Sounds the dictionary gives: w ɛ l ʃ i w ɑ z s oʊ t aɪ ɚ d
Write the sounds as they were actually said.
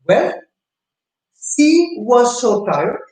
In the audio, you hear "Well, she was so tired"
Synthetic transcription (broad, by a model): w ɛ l s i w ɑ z s oʊ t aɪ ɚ